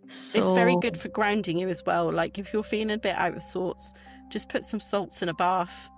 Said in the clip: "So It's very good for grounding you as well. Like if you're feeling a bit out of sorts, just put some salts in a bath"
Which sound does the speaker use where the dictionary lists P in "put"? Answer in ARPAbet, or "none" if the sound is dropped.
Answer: P